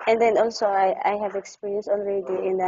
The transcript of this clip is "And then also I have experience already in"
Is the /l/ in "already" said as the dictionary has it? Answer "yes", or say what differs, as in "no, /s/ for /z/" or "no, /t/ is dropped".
no, /n/ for /l/